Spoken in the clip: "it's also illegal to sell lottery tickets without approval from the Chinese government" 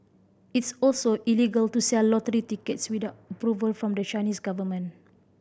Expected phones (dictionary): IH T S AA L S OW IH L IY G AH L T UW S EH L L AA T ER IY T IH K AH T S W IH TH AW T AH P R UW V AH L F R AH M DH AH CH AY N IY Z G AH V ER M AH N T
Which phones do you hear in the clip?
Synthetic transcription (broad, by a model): IH T S AA L S OW IH L IY G AH L T UW S EH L L AA T ER IY T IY K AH T S W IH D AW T AH P R UW V AH L F R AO M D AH CH AY N IY S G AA V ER M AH N